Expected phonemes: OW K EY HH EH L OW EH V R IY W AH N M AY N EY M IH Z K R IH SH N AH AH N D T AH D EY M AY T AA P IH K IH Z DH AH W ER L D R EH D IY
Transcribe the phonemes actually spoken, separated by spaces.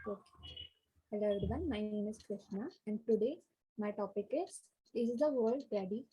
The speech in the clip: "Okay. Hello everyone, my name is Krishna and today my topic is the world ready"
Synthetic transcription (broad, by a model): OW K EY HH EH IH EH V R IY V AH N M AY N EY M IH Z K R IH SH N AH AH N D T AH D EY M AY T AA P IH K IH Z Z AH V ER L D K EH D IY